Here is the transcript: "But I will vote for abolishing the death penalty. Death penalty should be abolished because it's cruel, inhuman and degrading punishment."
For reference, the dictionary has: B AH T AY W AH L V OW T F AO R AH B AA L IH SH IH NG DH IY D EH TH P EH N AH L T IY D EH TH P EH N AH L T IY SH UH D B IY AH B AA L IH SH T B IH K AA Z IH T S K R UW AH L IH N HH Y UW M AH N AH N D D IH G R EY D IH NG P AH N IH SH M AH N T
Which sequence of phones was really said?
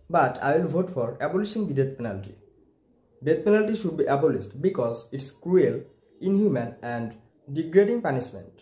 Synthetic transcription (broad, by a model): B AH T AY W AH L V OW T F AO R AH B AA L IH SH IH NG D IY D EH T P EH N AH L T IY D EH T P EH N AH L T IY SH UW D B IY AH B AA L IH S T B IH K AA Z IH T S K R UW AH L IH N HH Y UW M AH N AH N D D IH G R EY D IH NG P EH N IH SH M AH N T